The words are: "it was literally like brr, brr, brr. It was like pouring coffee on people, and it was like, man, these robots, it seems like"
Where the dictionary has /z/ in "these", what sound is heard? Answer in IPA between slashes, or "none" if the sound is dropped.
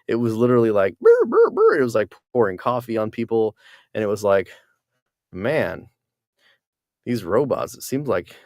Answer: /z/